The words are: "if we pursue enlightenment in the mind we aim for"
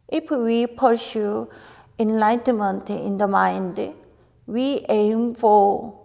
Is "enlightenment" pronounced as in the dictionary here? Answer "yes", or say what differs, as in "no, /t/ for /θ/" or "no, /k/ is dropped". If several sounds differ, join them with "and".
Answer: yes